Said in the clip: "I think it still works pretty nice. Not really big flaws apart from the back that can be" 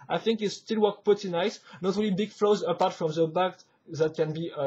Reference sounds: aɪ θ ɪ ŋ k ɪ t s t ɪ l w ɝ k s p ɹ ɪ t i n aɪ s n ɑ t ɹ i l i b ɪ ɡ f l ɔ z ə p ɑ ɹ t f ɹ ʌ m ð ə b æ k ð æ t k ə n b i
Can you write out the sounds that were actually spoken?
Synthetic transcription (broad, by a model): aɪ θ ɪ ŋ k ɪ t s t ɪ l w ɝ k p ɪ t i n aɪ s n ɑ t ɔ l i b ɪ ɡ f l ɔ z ə p ɑ ɹ t f ɹ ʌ m ð ə b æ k ð æ t k ə n b i